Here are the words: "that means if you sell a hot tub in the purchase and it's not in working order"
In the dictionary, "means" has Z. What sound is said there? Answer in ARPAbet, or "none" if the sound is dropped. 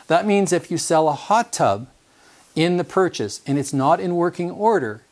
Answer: Z